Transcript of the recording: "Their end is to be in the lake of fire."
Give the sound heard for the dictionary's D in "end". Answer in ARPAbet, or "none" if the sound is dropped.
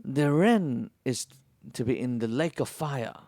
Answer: none